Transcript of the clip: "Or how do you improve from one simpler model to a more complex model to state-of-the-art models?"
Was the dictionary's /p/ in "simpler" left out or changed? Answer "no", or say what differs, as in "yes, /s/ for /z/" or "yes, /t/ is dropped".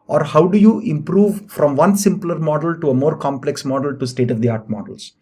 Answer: no